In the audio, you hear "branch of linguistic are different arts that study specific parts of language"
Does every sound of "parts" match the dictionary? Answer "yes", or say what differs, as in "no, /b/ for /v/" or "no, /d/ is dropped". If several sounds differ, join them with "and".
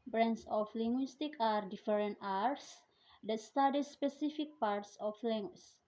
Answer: yes